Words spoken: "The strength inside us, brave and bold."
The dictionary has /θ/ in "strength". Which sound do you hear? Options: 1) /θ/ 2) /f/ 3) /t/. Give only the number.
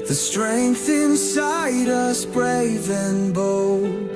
1